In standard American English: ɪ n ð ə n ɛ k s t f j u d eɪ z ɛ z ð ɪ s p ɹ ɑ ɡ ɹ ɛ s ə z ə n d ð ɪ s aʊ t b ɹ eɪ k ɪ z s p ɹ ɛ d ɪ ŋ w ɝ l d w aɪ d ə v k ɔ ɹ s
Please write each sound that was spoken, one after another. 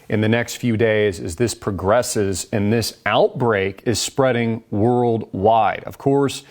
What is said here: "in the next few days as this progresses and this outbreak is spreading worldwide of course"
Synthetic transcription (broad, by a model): ɪ n ð ə n ɛ k s t f j u d eɪ z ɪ z ð ɪ s p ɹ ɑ ɡ ɹ ɛ s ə z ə n ð ɪ s aʊ t b ɹ eɪ k ɪ z s p ɹ ɛ d ɪ ŋ w ɝ l d w aɪ d ə v k ɔ ɹ s